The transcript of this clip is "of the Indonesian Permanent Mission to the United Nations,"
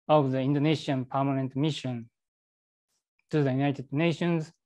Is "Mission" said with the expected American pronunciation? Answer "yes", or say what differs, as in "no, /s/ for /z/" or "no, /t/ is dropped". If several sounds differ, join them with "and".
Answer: yes